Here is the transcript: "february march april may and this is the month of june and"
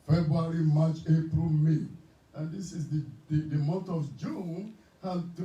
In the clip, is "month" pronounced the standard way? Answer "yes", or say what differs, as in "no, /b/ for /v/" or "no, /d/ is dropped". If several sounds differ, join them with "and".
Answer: no, /t/ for /θ/